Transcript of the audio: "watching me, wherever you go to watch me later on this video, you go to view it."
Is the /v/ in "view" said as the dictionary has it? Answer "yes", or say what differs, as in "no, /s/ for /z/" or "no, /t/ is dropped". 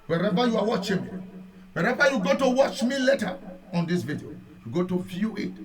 no, /f/ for /v/